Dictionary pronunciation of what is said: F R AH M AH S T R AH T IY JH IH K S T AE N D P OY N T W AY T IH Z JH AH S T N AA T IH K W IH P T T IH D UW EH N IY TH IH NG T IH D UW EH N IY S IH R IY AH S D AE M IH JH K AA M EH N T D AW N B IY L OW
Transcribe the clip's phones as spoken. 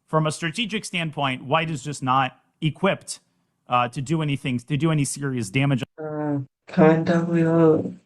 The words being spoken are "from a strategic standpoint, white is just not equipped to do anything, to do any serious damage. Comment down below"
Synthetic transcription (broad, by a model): F R AH M AH S T R AH T IY JH IH K S T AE N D P OY N T W AY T IH Z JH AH S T N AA T IH K W IH P T T IH D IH EH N IY TH IH NG T IH D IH EH N IY S IH R IY AH S D AE M IH JH K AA EH N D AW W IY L